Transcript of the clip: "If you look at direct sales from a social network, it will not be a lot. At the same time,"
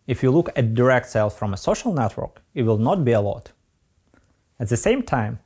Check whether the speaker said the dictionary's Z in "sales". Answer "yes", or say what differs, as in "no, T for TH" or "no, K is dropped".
no, Z is dropped